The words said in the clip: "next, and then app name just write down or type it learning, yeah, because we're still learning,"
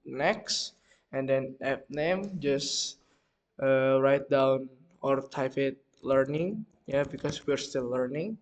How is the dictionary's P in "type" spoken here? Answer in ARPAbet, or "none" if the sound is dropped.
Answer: F